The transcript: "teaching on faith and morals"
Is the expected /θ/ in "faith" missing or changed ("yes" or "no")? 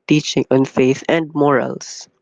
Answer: no